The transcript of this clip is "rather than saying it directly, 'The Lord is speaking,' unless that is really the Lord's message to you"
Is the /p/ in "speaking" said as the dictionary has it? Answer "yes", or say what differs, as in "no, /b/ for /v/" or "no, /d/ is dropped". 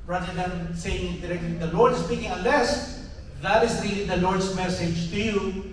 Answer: yes